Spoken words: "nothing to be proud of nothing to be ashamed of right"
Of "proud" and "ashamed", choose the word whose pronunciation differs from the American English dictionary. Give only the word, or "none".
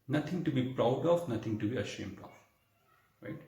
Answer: none